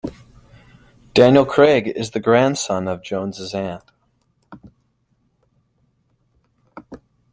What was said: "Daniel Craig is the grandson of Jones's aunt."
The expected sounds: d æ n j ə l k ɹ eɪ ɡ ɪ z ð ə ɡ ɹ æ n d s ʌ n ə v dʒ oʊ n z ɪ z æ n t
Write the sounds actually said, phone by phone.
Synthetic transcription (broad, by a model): d æ n j ə l k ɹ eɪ ɡ ɪ z ð ə ɡ ɹ æ n d s ʌ n ə v dʒ oʊ n z ɪ z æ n